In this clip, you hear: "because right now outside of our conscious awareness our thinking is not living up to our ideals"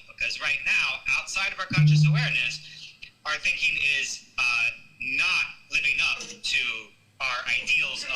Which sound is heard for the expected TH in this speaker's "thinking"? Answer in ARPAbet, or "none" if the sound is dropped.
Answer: TH